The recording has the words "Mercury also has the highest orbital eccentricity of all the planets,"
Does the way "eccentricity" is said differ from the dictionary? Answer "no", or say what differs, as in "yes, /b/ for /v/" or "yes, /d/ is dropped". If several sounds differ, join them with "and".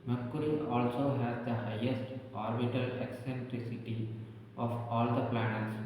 no